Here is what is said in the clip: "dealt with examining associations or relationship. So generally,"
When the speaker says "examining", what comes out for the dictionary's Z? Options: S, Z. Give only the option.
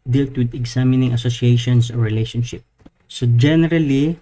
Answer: S